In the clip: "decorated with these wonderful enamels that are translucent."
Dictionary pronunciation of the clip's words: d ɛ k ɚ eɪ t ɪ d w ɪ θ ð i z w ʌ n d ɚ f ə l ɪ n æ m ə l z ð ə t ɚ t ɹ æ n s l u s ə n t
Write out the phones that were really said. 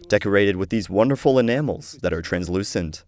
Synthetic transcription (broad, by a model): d ɛ k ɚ eɪ t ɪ d w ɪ ð i z w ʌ n d ɚ f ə l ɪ n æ m l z ð ə t ɚ t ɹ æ n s l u s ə n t